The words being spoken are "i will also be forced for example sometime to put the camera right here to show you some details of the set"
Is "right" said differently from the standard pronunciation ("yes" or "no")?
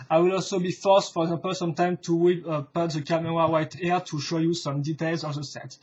yes